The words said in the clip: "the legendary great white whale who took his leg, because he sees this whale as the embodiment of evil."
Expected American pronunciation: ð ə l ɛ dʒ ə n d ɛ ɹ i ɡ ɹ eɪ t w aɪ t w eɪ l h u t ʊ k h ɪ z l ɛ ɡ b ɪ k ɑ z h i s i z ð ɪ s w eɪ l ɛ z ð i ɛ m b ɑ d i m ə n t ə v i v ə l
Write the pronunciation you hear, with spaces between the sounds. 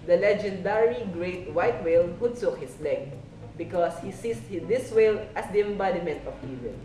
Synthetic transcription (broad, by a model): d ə l ɛ dʒ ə n d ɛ ɹ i ɡ ɹ eɪ t w aɪ t w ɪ l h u s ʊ k h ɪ s l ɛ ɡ b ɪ k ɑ s h i s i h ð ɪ s w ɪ l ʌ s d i ɛ m b ɑ d i m ə n t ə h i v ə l